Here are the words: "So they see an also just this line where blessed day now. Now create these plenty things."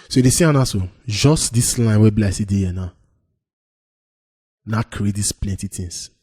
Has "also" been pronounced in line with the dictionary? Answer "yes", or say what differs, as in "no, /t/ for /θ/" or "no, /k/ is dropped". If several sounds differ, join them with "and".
no, /l/ is dropped